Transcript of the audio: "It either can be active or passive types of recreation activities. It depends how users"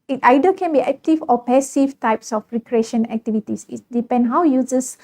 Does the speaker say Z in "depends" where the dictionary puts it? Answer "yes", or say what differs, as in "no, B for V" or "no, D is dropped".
no, Z is dropped